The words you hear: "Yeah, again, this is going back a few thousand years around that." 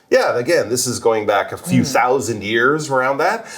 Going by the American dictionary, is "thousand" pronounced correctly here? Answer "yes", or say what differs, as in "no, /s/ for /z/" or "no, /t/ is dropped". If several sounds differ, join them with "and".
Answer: yes